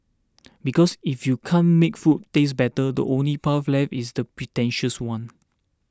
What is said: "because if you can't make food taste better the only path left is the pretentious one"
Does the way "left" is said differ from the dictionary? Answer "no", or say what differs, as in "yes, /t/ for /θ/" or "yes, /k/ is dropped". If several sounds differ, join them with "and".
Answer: yes, /t/ is dropped